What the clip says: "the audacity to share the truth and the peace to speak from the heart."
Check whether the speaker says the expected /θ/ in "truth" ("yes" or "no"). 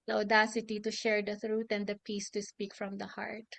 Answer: no